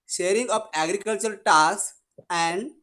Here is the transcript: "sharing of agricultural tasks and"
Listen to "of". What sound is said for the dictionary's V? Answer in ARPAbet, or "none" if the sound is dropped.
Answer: P